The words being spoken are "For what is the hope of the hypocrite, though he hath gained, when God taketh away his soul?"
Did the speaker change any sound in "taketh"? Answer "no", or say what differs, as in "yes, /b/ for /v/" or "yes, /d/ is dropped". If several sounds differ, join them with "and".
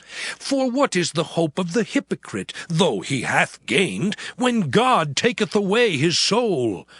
no